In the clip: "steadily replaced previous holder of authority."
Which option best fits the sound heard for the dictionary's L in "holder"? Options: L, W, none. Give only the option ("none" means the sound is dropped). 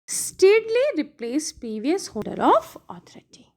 none